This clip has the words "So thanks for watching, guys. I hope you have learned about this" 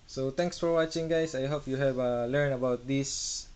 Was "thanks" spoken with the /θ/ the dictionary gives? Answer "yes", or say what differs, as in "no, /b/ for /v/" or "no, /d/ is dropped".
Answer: no, /t/ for /θ/